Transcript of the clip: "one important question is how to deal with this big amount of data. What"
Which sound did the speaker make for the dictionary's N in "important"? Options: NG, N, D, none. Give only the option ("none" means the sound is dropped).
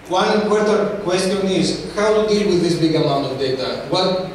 none